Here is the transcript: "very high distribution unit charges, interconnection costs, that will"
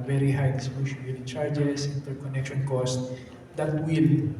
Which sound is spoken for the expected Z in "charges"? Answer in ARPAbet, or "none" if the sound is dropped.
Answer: S